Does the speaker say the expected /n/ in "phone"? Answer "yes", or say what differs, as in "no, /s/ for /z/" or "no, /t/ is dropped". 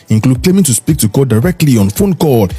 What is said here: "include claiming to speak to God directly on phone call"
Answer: yes